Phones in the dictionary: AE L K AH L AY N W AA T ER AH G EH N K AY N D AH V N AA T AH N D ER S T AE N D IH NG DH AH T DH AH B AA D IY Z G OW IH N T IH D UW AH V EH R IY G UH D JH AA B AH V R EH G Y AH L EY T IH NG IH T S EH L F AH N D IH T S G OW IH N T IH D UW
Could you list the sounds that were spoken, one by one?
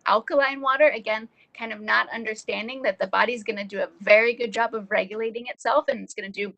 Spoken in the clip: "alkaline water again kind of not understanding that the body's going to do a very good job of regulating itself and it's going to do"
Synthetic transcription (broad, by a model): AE L K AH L AY N W AA T ER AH G EH N K AY N D AH V N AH T AH N D ER S T AE N D IH NG DH AH T DH AH B AA D IY Z G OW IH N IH D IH AH V EH R IY G UH D JH AA B AH V R EH G Y AH L EY T IH NG IH T S EH L F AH N IH T S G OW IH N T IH D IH